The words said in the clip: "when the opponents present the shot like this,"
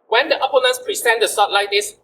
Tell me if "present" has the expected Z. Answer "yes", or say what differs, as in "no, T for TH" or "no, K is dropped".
no, S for Z